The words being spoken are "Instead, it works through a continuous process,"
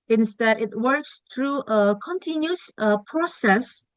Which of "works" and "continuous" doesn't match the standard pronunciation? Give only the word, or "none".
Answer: continuous